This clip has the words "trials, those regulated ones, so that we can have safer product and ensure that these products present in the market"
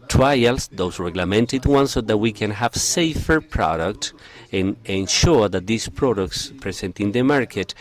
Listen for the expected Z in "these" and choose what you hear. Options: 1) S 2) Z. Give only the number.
1